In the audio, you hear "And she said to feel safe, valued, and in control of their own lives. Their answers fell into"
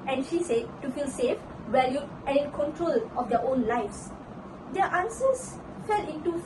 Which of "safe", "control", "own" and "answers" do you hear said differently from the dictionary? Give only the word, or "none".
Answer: answers